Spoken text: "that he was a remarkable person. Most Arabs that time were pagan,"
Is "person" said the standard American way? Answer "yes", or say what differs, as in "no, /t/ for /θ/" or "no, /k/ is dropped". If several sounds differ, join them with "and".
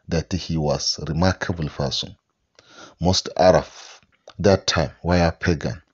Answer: no, /f/ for /p/